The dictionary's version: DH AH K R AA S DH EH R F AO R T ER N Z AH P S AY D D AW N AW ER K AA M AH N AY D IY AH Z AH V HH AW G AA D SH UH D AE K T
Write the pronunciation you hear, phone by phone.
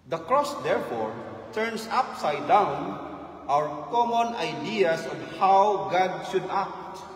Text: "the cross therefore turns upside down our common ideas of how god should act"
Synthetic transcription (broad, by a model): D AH K R AA S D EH R F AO R T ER N S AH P S AY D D AW N AW ER K AA M AH N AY D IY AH S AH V HH AW G AA D SH UH D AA K T